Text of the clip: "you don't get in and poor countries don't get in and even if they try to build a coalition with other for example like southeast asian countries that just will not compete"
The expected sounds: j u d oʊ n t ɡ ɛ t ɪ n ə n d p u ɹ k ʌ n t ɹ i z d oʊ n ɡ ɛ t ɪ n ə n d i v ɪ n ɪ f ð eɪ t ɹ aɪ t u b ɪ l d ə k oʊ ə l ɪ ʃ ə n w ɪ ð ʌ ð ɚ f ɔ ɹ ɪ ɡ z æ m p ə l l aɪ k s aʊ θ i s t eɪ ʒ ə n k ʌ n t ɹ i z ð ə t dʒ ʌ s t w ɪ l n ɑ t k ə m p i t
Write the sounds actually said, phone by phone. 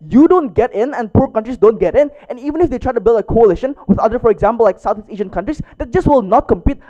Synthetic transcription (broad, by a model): j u d oʊ n t ɡ ɛ t ɪ n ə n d p u ɹ k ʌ n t ɹ i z d oʊ n ɡ ɛ t ɪ n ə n i v ɪ n ɪ f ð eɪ t ɹ aɪ t u b ɪ l d ə k oʊ ə l ɪ ʃ ə n w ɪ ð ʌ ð ɚ f ɔ ɹ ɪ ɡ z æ m p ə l l aɪ k s aʊ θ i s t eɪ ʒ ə n k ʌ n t ɹ i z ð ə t dʒ ʌ s t w ɪ l n ɑ t k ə m p i t